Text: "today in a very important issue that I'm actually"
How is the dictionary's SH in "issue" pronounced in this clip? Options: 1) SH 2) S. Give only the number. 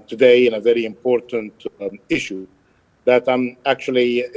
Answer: 1